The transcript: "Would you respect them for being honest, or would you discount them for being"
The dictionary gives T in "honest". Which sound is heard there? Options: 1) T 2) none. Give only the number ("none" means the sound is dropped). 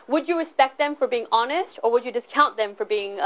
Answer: 1